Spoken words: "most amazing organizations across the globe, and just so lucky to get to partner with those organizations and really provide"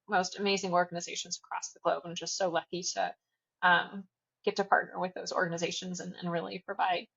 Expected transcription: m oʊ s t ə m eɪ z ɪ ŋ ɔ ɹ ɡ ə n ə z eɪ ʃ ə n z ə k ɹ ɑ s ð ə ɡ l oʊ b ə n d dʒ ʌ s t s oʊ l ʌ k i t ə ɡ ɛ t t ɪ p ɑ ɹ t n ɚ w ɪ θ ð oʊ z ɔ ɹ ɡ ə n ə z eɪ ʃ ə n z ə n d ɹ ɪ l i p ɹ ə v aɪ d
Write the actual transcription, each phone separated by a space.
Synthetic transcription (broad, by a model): m oʊ s t ə m eɪ z ɪ ŋ ɔ ɹ ɡ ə n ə z eɪ ʃ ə n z ə k ɹ ɑ s ð ə ɡ l oʊ b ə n dʒ ʌ s t s oʊ l ʌ k i t ə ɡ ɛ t t ɪ p ɑ ɹ t n ɚ w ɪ ð oʊ z ɔ ɹ ɡ ə n ə z eɪ ʃ ə n z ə n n ɹ ɪ l i p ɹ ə v aɪ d